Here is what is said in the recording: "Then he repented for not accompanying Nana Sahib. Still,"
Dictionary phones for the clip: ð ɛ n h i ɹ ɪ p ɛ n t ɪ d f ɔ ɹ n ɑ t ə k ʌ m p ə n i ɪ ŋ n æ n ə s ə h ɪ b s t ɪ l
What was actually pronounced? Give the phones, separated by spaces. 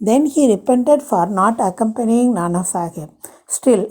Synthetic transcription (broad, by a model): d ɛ n h i ɹ ɪ p ɛ n t ɪ d f ɔ ɹ n ɑ t ə k ʌ m p ə n i ɪ ŋ n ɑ n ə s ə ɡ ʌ s t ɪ l